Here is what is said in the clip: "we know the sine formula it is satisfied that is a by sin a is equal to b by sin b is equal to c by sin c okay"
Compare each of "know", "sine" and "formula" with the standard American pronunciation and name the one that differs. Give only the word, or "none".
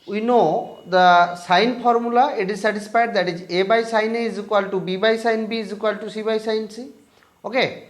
formula